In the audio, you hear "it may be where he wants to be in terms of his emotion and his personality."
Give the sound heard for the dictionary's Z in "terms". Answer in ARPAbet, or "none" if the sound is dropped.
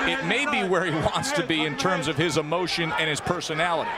Z